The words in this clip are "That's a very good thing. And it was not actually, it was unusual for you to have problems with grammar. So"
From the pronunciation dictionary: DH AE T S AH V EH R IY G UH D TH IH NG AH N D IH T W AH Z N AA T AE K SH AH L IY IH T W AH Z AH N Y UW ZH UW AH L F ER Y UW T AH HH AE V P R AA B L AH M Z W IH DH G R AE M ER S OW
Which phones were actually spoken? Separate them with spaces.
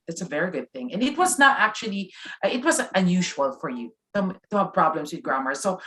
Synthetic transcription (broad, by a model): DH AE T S AH V EH R IY G UH D TH IH NG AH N IH T W AH Z N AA T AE K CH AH L IY IH T W AH Z AH N Y UW ZH UW AH L F ER Y UW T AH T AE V P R AA B L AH M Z W IH DH G R AE M ER S OW